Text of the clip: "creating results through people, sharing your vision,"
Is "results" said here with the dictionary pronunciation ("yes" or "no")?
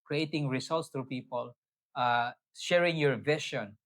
no